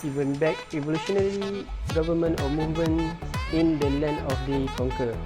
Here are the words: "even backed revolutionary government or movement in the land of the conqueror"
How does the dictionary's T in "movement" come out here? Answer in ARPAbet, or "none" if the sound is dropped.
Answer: none